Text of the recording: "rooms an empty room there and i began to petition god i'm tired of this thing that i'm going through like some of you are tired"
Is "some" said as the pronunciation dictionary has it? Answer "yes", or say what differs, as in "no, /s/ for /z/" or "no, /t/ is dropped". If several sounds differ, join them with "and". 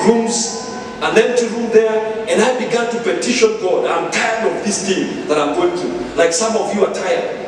yes